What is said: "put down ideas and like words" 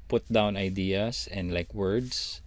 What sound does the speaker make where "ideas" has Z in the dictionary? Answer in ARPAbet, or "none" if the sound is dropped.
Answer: S